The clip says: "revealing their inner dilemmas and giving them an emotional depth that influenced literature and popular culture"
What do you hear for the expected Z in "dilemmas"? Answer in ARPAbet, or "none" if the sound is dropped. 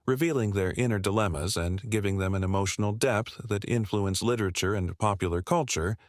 Z